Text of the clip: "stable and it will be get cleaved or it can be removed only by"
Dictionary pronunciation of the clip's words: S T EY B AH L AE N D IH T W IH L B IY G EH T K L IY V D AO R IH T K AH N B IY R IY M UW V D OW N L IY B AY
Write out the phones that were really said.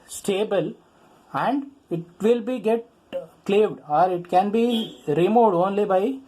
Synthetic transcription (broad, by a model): S T EY B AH L AE N D IH T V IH L B IY G EH T K L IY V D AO R IH T K AH N B IY R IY M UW D OW N L IY B AY